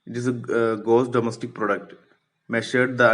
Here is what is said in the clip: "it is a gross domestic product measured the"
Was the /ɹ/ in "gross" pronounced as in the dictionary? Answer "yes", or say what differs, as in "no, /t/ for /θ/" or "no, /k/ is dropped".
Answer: no, /ɹ/ is dropped